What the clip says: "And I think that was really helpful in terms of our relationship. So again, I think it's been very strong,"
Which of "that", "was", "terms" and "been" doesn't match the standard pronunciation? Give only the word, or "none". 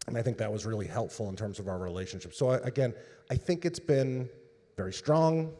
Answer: none